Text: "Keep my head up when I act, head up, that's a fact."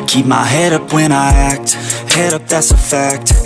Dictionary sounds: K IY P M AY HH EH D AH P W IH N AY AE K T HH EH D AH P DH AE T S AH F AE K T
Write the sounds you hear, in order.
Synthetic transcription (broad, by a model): K IY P M AY HH EH D AH P W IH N AY AE K T HH EH D AH P DH AE T S AH F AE K T